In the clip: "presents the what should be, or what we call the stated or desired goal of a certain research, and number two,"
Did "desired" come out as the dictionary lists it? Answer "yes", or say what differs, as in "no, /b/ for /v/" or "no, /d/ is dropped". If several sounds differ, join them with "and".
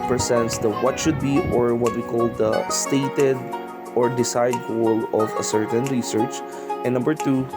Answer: no, /s/ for /z/